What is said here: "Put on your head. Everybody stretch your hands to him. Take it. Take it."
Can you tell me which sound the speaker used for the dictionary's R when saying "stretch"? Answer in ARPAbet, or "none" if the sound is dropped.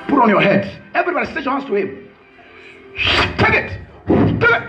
none